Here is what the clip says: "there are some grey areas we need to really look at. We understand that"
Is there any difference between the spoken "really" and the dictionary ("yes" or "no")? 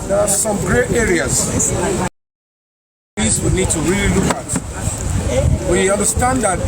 no